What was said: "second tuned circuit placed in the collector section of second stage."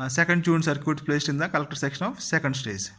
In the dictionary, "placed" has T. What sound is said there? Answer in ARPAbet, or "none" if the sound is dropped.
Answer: T